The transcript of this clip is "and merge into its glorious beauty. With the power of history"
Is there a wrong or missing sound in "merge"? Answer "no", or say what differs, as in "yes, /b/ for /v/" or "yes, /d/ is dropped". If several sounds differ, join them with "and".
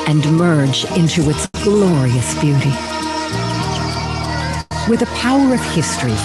no